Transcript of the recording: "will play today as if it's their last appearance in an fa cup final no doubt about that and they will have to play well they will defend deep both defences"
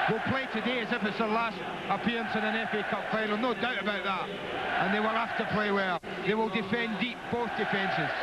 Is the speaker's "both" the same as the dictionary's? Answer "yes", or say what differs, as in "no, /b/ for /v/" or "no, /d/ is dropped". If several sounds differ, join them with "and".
yes